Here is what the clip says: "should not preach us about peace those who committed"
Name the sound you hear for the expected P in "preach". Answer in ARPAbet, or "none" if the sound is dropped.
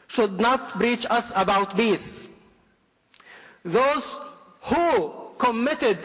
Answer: B